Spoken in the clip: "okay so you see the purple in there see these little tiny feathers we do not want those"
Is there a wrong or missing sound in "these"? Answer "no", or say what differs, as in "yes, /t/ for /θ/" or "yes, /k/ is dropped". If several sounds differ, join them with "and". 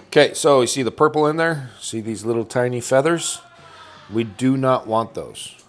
no